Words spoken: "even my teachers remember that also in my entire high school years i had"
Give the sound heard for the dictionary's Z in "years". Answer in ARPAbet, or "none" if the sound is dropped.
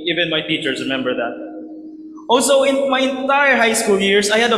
S